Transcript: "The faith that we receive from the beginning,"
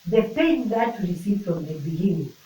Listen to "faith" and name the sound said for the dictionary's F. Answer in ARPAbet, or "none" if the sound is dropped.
P